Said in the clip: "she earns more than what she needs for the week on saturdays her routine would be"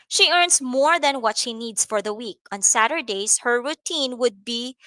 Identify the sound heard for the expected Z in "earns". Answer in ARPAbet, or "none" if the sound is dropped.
S